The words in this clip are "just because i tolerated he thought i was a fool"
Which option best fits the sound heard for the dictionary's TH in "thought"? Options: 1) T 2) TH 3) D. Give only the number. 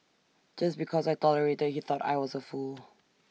2